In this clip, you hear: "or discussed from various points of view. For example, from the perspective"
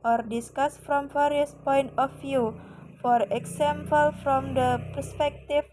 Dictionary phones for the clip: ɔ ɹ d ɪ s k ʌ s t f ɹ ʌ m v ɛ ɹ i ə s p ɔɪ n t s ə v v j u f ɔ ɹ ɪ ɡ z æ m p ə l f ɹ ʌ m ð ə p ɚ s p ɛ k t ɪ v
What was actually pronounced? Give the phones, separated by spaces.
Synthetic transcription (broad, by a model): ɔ ɹ d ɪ s k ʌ s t f ɹ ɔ m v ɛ ɹ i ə s p ɔɪ n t ə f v j u f ɔ ɹ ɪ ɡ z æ m p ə l f ɹ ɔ m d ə p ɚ s p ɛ k t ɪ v